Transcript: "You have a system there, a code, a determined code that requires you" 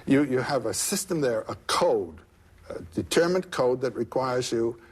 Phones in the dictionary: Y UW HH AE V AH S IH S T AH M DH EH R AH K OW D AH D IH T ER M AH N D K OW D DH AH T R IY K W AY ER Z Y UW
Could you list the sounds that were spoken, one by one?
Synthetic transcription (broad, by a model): Y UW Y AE V AH S IH S T AH M DH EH R AH K OW D AH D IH T ER M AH N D K OW D DH AH T R IY K W AY ER Z Y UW